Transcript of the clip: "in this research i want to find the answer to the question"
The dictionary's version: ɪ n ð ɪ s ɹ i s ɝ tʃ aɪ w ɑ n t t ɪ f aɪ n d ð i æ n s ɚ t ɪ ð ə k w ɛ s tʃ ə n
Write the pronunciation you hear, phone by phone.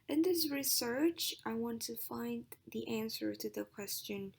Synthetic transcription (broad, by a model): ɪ n ð ɪ s ɹ i s ɝ tʃ aɪ w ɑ n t t ɪ f aɪ n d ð i æ n s ɚ t ɪ ð ə k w ɛ s tʃ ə n